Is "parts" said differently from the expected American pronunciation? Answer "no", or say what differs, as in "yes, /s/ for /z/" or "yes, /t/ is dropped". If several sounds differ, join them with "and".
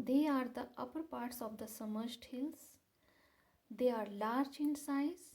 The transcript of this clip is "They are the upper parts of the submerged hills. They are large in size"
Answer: no